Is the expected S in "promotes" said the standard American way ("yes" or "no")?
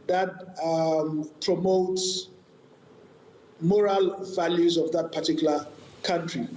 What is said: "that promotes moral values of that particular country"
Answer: yes